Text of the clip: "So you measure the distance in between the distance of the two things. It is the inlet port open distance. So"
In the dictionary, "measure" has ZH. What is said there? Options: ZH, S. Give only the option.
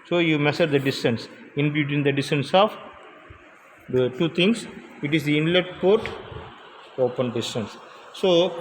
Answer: S